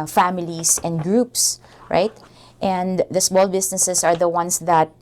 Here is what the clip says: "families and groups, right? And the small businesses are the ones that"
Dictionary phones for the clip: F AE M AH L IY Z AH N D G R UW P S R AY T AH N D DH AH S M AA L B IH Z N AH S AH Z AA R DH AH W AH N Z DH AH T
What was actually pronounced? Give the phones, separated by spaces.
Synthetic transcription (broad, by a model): F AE M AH L IY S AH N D G R UW P S R AY T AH N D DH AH S M AA L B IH S N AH S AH S AA R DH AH W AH N S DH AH T